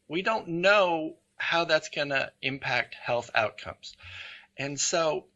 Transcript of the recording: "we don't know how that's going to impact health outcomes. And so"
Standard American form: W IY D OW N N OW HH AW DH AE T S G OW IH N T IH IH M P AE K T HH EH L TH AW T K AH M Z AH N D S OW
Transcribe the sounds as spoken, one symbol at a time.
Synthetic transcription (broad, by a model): W IY D OW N N OW HH AW DH AE T S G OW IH N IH IH M P AE K T HH EH L TH AW T K AH M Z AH N S OW